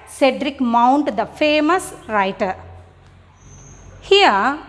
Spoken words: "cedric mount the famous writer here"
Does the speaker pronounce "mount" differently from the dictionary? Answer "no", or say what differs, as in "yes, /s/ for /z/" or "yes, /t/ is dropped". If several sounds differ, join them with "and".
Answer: no